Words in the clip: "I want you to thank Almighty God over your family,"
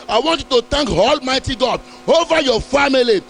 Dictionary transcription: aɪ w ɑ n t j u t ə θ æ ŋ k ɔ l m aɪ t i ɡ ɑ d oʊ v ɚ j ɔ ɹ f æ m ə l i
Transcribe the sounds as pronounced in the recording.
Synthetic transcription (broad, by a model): aɪ w ɑ n t j u t ə t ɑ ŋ k ɔ l m aɪ t i ɡ ɑ d oʊ v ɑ j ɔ f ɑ m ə l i